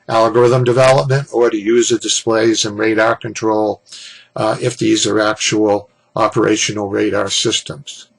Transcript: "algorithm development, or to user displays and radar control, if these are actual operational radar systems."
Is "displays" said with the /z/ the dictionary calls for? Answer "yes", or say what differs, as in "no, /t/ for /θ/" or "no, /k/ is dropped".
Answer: yes